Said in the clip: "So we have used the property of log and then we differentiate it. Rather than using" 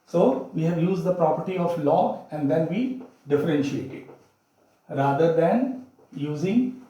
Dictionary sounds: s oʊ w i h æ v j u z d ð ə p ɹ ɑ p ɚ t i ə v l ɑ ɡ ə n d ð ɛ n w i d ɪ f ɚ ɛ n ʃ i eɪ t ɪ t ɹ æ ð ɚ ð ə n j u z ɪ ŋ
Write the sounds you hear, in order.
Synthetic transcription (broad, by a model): s oʊ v i h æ v j u z d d ə p ɹ ɑ p ɚ t i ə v l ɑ ə n d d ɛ n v i d ɪ f ɚ ɛ n ʃ i eɪ t ɪ t ɹ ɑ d ɚ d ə n j u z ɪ ŋ